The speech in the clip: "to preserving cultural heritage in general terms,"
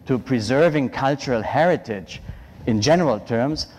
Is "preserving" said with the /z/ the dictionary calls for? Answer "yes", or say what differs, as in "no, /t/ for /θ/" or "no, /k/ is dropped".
yes